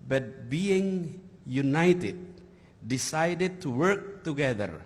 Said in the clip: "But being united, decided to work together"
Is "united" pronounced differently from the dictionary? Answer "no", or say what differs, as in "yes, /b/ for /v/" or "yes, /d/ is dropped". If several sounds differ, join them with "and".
no